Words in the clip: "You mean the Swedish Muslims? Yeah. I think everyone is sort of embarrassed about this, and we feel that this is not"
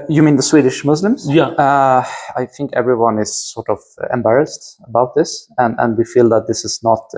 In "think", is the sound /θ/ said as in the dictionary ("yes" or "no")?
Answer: yes